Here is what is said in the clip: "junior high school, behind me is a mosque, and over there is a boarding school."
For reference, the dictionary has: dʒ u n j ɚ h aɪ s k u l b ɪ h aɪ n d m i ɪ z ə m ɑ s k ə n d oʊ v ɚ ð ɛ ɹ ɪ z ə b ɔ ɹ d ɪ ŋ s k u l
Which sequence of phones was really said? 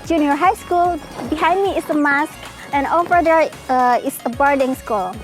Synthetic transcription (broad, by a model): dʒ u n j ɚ h aɪ s k u l b ɪ h aɪ n d m i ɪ s ə m ɑ s k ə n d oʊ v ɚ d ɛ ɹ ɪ s ə b ɔ ɹ d ɪ ŋ s k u l